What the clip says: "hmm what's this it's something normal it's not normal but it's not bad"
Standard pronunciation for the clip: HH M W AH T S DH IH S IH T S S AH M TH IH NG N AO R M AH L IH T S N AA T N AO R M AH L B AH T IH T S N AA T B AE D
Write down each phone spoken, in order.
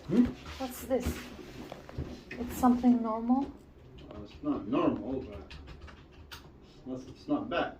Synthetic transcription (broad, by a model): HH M W AH T S DH IH S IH T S S AH M TH IH NG N AO R M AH L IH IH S N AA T N AO R M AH L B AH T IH S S N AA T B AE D